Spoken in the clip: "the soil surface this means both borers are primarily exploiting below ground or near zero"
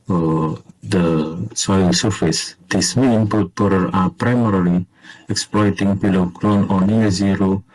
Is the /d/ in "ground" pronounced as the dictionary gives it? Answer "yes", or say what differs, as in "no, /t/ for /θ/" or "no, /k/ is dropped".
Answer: no, /d/ is dropped